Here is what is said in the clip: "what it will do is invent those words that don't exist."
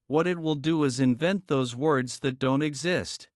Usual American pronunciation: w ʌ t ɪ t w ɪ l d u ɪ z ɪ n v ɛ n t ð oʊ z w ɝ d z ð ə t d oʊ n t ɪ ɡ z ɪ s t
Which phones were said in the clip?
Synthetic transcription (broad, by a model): w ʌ t ɪ t w ɪ l d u ɪ z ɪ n v ɛ n t ð oʊ z w ɝ d z ð ə t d oʊ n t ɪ ɡ z ɪ s t